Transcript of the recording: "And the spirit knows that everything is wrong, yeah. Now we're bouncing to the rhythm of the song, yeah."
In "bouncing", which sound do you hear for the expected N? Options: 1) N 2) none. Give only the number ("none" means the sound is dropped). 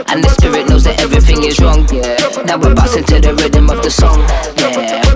2